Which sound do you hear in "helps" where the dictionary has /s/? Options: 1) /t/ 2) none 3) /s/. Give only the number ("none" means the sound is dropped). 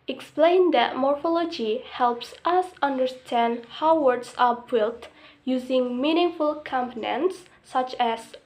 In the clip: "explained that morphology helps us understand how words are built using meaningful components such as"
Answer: 3